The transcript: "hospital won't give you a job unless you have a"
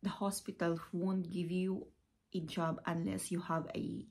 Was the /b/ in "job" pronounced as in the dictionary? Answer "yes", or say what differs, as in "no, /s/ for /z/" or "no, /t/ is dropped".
yes